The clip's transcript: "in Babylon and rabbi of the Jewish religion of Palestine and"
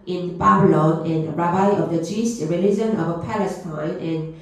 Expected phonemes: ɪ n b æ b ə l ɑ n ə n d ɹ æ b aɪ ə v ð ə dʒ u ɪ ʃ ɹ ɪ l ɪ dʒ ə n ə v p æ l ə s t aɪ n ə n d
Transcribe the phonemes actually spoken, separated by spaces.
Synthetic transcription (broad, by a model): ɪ n b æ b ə l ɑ n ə n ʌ ɹ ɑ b aɪ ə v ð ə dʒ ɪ s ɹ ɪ l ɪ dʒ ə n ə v p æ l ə s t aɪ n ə n